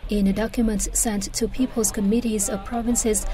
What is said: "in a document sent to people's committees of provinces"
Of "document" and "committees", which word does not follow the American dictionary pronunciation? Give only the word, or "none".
none